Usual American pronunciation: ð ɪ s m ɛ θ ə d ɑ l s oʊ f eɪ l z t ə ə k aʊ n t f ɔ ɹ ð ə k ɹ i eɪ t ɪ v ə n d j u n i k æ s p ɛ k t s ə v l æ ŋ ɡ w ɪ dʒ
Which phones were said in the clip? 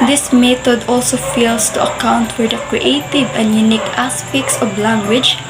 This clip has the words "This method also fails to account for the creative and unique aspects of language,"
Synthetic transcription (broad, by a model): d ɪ s m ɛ t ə d ɑ l s oʊ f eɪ l s t ə ə k aʊ n t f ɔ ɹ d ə k ɹ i eɪ t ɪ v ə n j u n i k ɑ s p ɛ k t s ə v l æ ŋ ɡ w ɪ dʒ